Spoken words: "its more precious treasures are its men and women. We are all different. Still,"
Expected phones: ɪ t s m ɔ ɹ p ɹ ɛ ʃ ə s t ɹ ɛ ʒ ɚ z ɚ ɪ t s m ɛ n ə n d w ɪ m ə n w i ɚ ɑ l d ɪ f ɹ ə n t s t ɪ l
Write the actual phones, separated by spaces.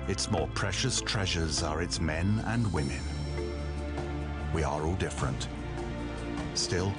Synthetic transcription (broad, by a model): ɪ t s m ɔ ɹ p ɹ ɛ ʃ ə s t ɹ ɛ ʒ ɚ z ɚ ɪ t s m ɛ n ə n w ɪ m ə n w i ɚ ɑ l d ɪ f ɹ ə n t s t ɪ l